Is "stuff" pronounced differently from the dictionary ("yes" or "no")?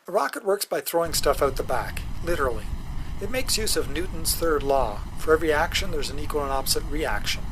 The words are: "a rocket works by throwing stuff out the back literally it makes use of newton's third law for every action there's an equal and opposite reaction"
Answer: no